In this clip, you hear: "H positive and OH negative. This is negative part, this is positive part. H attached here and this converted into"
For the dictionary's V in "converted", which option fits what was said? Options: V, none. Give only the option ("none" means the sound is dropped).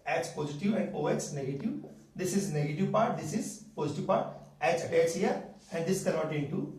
none